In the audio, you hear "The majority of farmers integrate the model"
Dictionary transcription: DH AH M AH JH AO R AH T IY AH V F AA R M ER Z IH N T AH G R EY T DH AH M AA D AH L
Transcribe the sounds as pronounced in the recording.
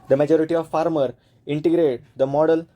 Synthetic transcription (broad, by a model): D AH M AH JH AO R AH T IY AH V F AA R M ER IH N T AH G R EY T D AH M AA D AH L